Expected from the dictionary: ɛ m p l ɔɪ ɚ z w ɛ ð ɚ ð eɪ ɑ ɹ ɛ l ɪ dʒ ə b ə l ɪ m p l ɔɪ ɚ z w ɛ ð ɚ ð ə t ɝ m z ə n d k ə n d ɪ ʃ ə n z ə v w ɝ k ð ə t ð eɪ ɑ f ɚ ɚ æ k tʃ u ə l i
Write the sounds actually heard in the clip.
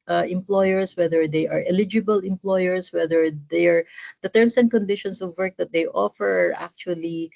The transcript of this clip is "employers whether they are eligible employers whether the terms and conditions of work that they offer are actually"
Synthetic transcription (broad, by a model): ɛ m p l ɔɪ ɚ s w ɛ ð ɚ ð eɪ ɑ ɹ ɛ l ɪ dʒ ə b ə l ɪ m p l ɔɪ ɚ s w ɛ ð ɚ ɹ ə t ɝ m s ə n d k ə n d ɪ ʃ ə n s ə v w ɝ k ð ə t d eɪ ɑ f ɚ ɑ k tʃ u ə l i